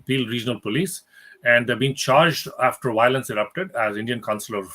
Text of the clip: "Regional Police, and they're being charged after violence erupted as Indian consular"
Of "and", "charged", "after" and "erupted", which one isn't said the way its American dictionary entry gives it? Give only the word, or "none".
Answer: none